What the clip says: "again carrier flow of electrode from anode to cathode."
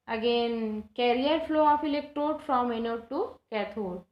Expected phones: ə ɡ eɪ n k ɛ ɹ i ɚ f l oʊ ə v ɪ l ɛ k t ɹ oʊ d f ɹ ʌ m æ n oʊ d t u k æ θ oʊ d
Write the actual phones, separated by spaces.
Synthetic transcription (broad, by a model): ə ɡ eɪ n k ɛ ɹ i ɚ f l oʊ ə f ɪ l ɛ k t oʊ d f ɹ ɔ m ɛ n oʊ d t u k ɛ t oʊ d